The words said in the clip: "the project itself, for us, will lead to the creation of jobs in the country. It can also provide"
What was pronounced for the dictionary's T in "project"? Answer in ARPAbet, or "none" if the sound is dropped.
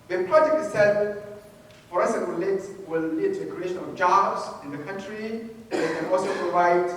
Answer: none